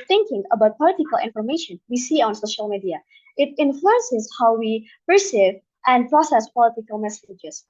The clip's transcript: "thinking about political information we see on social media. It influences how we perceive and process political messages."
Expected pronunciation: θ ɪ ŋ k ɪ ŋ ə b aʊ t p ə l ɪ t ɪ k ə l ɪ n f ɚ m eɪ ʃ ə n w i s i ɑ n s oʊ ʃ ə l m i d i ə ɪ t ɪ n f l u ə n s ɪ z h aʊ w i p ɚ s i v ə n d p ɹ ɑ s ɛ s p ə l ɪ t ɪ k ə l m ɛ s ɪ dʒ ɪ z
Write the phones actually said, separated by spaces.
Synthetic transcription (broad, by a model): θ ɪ ŋ k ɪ ŋ ə b aʊ t p ə l ɪ t ɪ k ə l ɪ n f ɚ m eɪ ʃ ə n w i s i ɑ n s oʊ ʃ ə l m i d i ə ɪ t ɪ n f l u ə n s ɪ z h aʊ w i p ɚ s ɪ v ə n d p ɹ ɑ s ɛ s p ə l ɪ t ɪ k ə l m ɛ s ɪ dʒ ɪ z